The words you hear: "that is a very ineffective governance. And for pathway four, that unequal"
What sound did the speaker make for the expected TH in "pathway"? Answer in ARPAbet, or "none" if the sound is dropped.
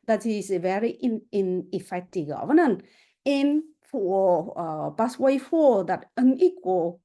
S